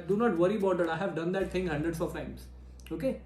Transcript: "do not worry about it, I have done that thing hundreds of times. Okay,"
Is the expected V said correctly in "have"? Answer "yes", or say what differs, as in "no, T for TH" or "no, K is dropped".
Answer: yes